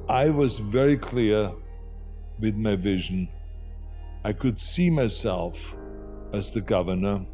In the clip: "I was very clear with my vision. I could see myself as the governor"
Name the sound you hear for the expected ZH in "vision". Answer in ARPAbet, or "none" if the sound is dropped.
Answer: ZH